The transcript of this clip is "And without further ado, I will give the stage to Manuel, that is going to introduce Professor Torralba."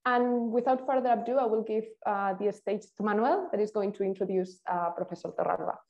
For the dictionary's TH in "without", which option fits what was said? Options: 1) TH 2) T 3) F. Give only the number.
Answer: 1